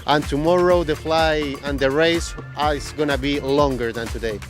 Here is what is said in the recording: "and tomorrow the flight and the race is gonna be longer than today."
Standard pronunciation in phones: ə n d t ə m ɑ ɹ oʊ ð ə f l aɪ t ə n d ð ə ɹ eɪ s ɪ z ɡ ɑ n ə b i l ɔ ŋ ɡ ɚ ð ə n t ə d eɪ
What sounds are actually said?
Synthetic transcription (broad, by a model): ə n t ə m ɑ ɹ oʊ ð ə f l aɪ ə n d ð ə ɹ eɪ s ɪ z ɡ ɑ n ə b i l ɔ ŋ ɡ ɚ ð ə n t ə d eɪ